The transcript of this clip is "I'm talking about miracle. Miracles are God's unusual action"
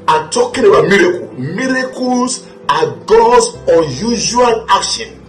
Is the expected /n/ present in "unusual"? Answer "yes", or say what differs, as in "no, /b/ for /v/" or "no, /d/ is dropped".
no, /n/ is dropped